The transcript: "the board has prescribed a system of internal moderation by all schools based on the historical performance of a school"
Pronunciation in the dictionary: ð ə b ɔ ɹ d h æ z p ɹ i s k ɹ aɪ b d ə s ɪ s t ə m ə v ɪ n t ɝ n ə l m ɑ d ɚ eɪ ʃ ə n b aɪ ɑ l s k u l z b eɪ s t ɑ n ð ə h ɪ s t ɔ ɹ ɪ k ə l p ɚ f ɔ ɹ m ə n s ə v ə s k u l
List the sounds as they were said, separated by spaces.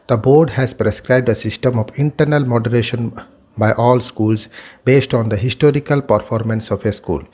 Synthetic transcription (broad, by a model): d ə b ɔ ɹ d h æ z p ɹ i s k ɹ aɪ b d ə s ɪ s t ə m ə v ɪ n t ɝ n ə l m ɑ d ɚ eɪ ʃ ə n b aɪ ɑ l s k u l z b eɪ s t ɑ n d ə h ɪ s t ɔ ɹ ɪ k ə l p ɚ f ɔ ɹ m ə n s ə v ə s k u l